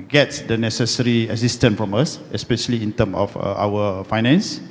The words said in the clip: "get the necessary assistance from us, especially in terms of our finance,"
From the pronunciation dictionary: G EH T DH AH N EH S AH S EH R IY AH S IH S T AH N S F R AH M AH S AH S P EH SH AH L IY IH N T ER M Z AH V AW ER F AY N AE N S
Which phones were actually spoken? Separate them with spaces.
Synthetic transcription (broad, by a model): G EH T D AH N EH S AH S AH R IY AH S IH S T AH N F R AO M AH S AH S P EH SH AH L IY IH N T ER M AH F AW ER F AY N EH N S